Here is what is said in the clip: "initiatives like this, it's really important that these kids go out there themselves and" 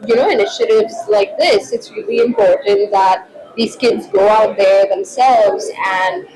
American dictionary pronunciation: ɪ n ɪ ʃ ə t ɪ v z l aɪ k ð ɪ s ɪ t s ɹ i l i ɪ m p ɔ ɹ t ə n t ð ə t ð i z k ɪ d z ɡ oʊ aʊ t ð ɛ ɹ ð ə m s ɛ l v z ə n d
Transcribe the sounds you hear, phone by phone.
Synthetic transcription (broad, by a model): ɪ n ɪ ʃ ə t ɪ v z l aɪ k ð ɪ s ɪ t s ɹ i l i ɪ m p ɔ ɹ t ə n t ð ə t ð i z k ɪ d z ɡ oʊ aʊ t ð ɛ ɹ ð ə m s ɛ l v z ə n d